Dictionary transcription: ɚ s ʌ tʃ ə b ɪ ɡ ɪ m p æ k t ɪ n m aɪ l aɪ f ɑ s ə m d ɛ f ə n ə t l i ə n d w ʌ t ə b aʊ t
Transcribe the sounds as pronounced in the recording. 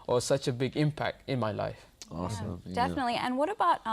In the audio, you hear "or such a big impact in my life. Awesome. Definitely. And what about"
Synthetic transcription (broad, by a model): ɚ s ʌ tʃ ə b ɪ ɡ ɪ m p æ k t ɪ n m aɪ l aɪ ɑ ə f d ɛ f ə n ə t l i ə n w ʌ t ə b aʊ t